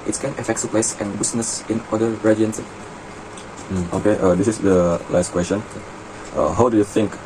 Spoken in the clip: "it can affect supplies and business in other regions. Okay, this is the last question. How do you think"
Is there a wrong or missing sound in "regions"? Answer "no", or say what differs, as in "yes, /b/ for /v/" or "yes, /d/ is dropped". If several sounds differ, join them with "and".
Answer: yes, /dʒ/ is dropped